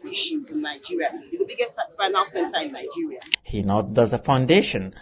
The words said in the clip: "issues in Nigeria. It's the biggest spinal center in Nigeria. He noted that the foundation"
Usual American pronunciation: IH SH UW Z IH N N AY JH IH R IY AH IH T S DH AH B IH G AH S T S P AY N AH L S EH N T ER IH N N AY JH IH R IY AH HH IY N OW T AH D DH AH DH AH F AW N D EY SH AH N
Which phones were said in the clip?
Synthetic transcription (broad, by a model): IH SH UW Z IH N N AY JH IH R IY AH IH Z DH AH B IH G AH S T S F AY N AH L S EH N T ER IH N N AY JH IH R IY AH HH IY N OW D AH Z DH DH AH F AW N D EY SH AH N